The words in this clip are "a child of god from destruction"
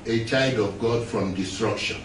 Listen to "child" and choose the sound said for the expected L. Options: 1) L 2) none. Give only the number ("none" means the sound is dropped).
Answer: 2